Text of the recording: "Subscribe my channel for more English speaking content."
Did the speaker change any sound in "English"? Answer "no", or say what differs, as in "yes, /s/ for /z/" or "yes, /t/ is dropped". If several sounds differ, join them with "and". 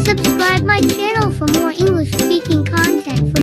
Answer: no